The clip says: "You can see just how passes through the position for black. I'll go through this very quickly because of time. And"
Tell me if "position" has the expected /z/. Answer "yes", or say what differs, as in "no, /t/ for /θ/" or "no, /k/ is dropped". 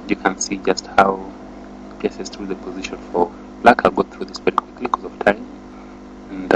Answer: yes